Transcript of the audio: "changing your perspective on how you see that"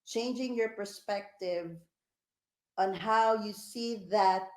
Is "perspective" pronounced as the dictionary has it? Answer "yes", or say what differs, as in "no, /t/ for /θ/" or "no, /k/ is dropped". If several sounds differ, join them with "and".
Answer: yes